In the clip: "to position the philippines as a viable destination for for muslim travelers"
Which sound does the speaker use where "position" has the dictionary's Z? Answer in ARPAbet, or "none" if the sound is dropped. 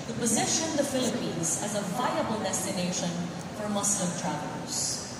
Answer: Z